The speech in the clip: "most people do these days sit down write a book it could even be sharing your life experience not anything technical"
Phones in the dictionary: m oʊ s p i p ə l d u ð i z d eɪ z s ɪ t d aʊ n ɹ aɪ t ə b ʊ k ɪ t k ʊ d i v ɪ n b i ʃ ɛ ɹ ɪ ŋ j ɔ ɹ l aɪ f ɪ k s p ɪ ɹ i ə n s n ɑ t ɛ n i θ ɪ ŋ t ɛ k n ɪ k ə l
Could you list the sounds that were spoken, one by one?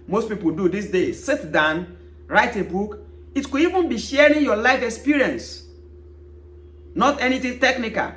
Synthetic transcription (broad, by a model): m oʊ s p i p ə l d u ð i s d eɪ s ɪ t d aʊ n ɹ aɪ t ə b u k ɪ t k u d i v ɪ n b i ʃ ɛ ɹ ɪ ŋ j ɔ l aɪ f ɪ k s p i ɹ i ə n s n ɑ t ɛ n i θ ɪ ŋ t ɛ k n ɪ k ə l